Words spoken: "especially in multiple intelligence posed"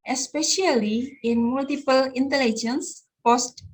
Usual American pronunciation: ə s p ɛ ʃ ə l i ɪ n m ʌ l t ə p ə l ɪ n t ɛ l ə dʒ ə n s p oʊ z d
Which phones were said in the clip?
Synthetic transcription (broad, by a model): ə s p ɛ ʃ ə l i ɪ n m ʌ l t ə p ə l ɪ n t ɛ l ə dʒ ə n s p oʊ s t